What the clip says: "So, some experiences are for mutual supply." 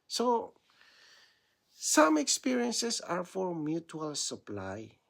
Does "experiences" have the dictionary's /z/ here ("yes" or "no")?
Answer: no